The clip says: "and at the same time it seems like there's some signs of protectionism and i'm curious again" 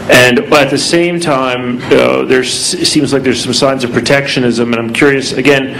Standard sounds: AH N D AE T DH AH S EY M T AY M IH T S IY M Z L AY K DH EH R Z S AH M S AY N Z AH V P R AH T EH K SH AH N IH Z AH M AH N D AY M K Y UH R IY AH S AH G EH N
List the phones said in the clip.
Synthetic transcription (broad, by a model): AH N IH T DH AH S EY M T AY M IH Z S IY M Z L AY K DH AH R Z S AH M S AY N Z AH V P R AH T EH K SH AH N IH Z AH M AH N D AY M K Y UH R IY AH S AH G EH N